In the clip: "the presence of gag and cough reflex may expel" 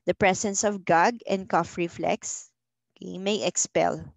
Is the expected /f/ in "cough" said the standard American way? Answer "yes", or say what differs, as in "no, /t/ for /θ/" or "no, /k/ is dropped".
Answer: yes